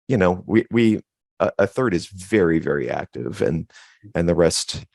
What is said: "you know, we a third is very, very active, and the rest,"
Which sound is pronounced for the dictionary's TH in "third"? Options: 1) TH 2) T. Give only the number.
1